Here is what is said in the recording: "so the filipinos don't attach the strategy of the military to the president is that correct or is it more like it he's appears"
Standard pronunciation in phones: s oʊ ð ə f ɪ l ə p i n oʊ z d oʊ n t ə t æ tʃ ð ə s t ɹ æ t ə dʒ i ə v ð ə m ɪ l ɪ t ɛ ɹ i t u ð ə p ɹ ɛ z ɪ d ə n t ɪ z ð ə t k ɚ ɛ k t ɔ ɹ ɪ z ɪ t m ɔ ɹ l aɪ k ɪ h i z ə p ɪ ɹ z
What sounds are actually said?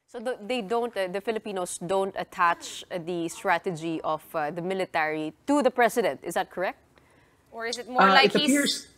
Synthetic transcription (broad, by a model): s oʊ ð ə f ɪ l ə p i n oʊ s d oʊ n t ə t æ tʃ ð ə s t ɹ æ t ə dʒ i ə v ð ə m ɪ l ɪ t ɛ ɹ i t u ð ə p ɹ ɛ s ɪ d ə n t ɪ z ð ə t k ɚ ɛ k t ɔ ɹ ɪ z ɪ t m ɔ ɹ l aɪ ɪ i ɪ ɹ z